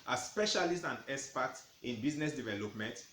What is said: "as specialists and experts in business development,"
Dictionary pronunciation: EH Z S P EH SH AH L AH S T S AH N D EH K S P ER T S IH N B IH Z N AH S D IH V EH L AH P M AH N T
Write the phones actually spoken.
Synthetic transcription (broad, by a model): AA S P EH SH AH L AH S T AH N D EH S P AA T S IH N B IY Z N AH S D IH V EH L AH P M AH N T